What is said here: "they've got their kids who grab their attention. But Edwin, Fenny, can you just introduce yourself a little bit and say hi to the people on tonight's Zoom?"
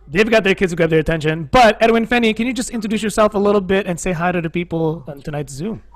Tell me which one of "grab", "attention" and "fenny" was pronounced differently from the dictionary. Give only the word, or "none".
grab